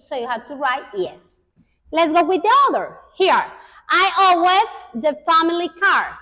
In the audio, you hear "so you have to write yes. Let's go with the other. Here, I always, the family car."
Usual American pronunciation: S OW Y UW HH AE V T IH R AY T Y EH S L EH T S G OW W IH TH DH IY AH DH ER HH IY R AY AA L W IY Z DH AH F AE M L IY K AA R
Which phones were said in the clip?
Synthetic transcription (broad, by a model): S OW Y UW HH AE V T IH R AY T Y EH S L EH T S G OW W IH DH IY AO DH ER HH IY R AY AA W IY S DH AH F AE M L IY K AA R